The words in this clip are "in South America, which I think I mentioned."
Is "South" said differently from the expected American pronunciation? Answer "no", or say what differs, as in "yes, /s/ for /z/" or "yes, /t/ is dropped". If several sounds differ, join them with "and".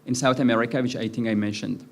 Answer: no